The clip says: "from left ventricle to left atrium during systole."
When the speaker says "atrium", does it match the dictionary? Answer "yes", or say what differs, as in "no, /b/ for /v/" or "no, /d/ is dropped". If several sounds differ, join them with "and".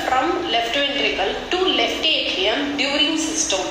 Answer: no, /ɹ/ is dropped